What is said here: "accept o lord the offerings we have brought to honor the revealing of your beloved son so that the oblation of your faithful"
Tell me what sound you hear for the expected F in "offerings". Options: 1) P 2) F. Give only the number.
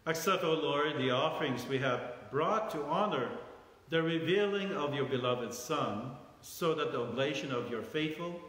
2